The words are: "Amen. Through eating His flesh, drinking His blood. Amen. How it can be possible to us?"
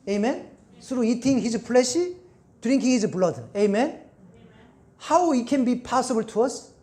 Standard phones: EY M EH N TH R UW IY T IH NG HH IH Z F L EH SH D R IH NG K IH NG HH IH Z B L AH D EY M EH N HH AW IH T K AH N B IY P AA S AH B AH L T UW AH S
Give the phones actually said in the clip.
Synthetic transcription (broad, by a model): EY M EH N S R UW IY T IH NG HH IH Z P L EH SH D R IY NG K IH NG HH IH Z B L AH D EY M EH N HH AW IH T K AH N B IY P AA S AH B AH L T UW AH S